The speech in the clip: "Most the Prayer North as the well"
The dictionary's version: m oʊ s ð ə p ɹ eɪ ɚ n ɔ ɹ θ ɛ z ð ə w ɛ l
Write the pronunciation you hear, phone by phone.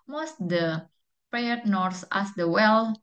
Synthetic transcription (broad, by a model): m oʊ s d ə p ɹ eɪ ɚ n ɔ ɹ s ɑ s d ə w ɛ l